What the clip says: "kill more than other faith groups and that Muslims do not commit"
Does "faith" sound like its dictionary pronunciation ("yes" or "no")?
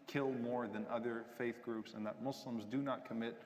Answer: yes